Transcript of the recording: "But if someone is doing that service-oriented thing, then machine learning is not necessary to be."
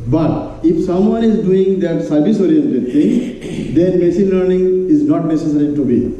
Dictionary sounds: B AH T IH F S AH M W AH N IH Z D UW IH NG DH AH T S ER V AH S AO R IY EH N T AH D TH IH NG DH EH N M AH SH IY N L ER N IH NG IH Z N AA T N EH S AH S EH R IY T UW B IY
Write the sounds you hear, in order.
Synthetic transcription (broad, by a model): B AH T IH F S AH M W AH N IH Z D UW IH NG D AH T S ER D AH S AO R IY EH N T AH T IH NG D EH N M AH S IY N L ER N IH NG IH Z N AA T N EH S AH S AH R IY T UW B IY